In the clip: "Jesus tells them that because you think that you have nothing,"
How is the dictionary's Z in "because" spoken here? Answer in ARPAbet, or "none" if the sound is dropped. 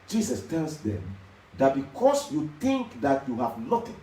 S